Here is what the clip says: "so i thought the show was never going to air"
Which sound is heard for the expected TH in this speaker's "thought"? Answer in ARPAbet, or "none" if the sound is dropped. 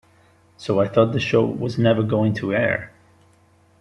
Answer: TH